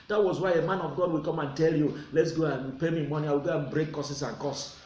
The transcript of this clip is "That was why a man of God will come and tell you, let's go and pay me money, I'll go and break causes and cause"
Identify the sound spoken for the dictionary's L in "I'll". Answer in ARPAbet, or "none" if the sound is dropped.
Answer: W